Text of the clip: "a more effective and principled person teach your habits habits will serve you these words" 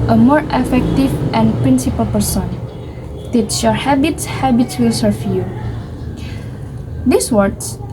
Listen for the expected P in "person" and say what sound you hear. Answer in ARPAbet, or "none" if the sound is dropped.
P